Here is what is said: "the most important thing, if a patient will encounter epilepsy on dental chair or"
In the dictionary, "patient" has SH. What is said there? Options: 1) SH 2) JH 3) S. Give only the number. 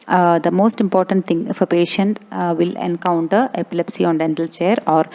1